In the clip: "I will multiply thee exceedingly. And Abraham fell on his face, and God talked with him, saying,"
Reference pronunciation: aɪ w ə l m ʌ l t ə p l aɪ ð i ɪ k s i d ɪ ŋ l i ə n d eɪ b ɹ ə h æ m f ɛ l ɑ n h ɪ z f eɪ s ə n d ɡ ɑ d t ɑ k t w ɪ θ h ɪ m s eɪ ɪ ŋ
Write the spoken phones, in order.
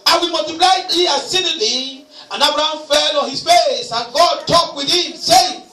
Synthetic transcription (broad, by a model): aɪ w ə m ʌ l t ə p l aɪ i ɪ s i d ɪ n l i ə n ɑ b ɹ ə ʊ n f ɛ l ɑ n h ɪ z f eɪ s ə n ɡ ɑ d t ɑ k w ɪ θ h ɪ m s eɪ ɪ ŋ